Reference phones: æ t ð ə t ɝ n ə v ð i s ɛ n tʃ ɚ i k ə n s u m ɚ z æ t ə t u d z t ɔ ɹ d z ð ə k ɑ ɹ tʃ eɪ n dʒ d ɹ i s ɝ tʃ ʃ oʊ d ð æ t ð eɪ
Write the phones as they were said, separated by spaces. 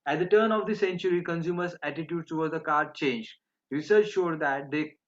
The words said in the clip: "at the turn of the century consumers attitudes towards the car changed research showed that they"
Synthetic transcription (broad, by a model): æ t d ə t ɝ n ə v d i s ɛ n tʃ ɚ i k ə n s u m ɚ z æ t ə t u d t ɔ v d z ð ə k ɑ ɹ tʃ eɪ n dʒ d ɹ i s ɝ tʃ ʃ oʊ d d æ t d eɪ